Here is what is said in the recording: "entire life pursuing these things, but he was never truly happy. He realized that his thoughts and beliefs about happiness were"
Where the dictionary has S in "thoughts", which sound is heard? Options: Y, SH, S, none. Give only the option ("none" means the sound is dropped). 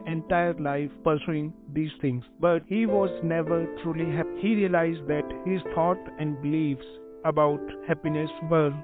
none